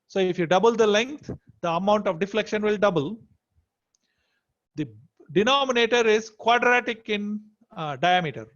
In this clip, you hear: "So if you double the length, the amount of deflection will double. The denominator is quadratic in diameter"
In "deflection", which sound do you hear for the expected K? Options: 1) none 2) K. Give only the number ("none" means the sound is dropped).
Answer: 2